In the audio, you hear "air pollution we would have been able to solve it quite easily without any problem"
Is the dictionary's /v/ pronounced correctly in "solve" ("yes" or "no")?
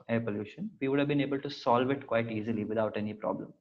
yes